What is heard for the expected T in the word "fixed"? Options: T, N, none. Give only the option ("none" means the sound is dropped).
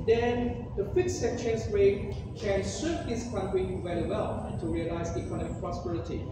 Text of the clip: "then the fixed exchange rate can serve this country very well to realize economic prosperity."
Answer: none